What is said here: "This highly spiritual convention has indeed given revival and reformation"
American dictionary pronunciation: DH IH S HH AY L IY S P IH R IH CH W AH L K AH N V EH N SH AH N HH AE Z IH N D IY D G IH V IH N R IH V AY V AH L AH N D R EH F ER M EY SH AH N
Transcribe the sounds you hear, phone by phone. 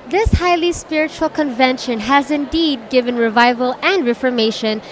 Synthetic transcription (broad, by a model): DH IH S HH AY L IY S P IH R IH CH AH L K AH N V EH N SH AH N HH AE Z IH N D IY D G IH V IH N R IH V AY V AH L AH N D R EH F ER M EY SH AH N